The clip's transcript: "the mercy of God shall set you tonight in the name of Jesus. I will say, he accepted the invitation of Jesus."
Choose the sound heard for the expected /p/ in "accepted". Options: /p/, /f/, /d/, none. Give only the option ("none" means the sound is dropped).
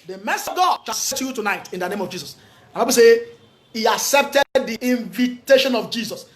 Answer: /p/